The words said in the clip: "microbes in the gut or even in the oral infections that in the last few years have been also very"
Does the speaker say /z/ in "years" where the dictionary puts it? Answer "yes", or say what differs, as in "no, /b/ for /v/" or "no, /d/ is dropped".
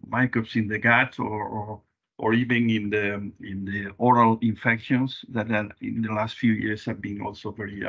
no, /s/ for /z/